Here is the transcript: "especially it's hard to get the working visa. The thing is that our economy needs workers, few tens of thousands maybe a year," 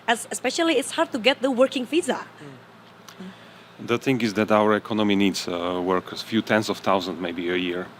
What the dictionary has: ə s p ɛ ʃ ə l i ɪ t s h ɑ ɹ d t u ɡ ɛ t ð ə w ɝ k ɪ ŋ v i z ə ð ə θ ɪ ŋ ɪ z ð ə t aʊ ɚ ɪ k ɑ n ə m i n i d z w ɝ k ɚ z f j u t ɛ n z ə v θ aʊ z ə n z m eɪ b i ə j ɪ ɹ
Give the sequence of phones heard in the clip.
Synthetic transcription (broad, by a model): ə s p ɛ ʃ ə l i ɪ t s h ɑ ɹ d t u ɡ ɛ t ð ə w ɝ k ɪ ŋ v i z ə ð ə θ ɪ ŋ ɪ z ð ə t aʊ ɚ ɪ k ɑ n ə m i n i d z w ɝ k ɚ f j u t ɛ n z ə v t aʊ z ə n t m eɪ b i ə j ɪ ɹ